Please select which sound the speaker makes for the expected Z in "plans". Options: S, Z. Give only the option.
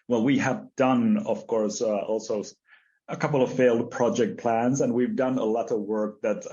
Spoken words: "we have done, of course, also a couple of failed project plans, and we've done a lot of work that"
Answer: Z